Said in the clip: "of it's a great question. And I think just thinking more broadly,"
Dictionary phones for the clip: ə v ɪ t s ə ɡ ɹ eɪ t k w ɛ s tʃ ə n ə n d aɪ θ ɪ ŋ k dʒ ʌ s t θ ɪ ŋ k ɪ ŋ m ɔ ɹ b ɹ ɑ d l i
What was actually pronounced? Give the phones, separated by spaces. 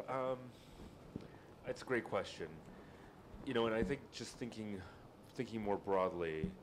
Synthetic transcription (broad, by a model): ə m ɪ t s ə ɡ ɹ eɪ t k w ɛ s tʃ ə n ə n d aɪ θ ɪ ŋ k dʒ ʌ s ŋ θ ɪ ŋ k ɪ ŋ m ɔ ɹ b ɹ ɑ d l i